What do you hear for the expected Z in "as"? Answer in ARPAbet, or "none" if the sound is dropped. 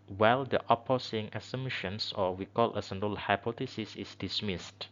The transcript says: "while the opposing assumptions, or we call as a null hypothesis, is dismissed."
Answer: S